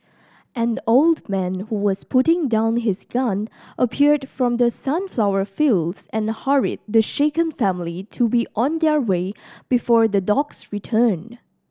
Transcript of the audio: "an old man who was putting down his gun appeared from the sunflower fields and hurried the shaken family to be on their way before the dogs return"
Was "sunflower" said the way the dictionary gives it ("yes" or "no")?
yes